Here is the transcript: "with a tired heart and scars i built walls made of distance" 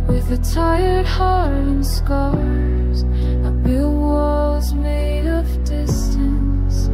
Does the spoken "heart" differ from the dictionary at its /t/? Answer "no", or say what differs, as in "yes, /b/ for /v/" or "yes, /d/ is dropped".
yes, /t/ is dropped